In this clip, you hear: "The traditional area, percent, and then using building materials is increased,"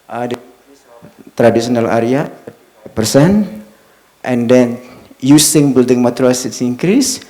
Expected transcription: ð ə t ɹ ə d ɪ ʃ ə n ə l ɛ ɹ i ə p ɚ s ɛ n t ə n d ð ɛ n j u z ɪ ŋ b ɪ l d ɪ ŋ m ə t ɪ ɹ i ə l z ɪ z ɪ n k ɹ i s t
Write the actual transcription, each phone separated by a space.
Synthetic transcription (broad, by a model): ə t ɹ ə d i s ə n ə l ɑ ɹ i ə p ɚ s ɛ n t ə n d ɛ n j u s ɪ ŋ b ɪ l d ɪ ŋ m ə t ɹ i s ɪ s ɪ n k ɹ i s